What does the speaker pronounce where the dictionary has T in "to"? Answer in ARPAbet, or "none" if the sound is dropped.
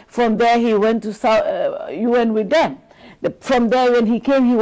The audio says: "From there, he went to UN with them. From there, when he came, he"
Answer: S